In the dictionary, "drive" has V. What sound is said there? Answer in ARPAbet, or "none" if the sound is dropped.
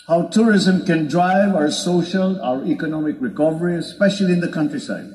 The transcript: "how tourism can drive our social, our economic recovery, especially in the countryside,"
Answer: V